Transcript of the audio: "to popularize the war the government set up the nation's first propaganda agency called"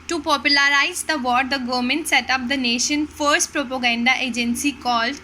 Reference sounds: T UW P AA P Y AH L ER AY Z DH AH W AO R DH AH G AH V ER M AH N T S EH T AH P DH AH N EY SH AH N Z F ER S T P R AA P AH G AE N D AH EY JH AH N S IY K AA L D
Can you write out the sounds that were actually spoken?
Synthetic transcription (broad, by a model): T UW P AA P Y AH L ER AY Z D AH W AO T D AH G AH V M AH N T S EH T AH P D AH N EY SH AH N F ER S T P R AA P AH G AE N D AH EY JH AH N S IY K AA L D